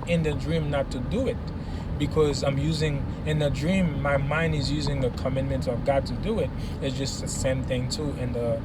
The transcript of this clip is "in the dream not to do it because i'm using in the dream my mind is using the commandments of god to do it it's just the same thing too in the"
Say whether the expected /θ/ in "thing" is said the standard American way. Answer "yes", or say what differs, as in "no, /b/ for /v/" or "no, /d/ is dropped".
yes